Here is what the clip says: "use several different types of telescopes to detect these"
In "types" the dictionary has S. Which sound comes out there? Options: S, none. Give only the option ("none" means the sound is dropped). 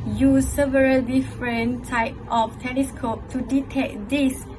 none